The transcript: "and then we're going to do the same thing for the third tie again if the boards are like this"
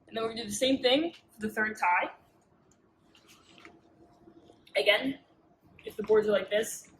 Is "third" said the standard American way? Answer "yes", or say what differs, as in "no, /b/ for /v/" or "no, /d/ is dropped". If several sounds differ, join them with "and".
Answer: yes